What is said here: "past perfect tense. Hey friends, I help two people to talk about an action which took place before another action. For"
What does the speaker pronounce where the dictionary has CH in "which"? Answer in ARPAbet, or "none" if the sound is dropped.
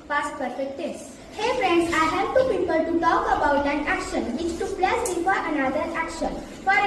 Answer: S